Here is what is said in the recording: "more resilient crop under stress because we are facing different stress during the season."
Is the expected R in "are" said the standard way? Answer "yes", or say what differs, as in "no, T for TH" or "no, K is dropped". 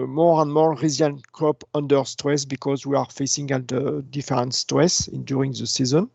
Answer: yes